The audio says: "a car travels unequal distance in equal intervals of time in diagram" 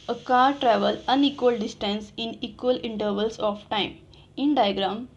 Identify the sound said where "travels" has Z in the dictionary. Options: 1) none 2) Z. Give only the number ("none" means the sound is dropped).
1